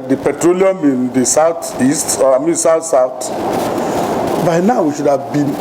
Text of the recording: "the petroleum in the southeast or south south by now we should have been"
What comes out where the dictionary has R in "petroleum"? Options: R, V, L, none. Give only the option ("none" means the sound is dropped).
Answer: R